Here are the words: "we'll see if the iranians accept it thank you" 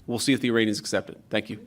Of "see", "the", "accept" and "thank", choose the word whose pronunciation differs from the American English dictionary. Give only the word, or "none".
none